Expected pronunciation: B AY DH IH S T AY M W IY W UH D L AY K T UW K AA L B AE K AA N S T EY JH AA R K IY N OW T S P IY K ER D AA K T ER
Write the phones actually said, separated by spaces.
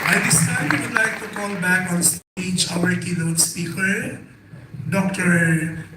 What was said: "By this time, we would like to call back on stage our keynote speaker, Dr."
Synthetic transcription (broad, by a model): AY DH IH S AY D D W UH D L AY K T UW K AA L B AE K AA N S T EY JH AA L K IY L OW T S P IY K ER D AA K T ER